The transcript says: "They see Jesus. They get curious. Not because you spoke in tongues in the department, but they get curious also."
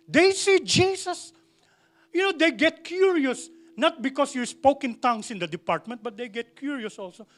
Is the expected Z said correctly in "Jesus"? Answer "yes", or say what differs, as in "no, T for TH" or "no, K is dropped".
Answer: no, S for Z